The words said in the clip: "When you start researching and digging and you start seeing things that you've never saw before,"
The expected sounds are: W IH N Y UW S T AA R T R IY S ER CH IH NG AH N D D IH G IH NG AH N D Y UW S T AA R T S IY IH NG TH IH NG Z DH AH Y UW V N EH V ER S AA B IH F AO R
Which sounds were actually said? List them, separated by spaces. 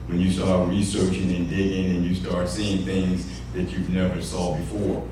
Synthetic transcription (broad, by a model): W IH N Y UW S T AA R T R IY S ER CH IH NG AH N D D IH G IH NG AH N Y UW S T AA R T S IY IH NG TH IH NG Z DH AH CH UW V N EH V ER S AA B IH F AO R